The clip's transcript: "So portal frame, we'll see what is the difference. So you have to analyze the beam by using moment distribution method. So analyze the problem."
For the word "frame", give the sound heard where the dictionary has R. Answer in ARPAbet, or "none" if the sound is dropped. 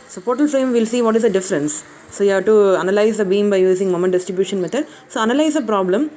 none